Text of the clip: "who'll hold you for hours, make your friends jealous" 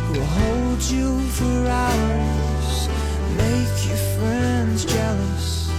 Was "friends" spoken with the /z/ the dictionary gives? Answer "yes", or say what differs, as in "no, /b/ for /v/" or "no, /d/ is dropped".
yes